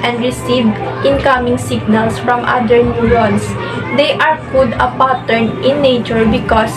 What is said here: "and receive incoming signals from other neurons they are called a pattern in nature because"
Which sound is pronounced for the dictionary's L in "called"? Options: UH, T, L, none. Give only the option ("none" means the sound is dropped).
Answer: none